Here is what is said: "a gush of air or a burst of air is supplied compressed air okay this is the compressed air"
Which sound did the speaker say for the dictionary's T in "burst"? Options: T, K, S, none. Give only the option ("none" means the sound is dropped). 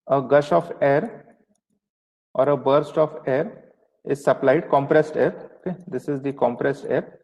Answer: T